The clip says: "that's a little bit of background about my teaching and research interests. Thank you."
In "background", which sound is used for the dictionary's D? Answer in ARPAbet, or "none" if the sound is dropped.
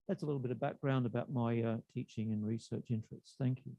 D